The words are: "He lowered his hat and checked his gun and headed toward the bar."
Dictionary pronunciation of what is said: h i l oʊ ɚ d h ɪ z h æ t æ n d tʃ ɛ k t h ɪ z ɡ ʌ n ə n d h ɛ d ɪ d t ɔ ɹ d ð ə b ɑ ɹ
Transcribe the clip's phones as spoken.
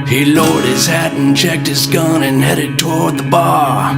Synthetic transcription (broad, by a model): h i l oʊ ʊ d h ɪ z h æ t n tʃ ɛ k t h ɪ z ɡ ʌ n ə n h ɛ d ɪ d t ɔ ɹ d ð ə b ɑ ɹ